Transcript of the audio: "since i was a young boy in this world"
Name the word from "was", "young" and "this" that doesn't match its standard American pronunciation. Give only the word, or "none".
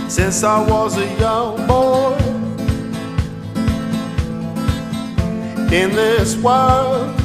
none